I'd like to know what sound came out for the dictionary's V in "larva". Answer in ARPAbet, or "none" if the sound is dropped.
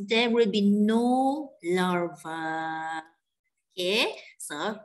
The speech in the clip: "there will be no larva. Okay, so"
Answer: V